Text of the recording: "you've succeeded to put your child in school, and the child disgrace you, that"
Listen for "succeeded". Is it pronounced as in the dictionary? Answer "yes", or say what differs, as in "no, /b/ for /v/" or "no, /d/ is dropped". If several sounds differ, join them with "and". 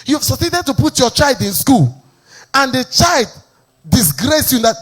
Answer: no, /k/ is dropped